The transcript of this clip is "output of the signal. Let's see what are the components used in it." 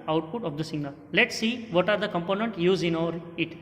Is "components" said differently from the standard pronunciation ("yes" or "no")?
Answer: yes